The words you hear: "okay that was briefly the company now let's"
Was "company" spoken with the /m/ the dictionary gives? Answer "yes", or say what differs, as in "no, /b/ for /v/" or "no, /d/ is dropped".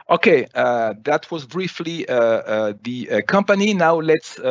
yes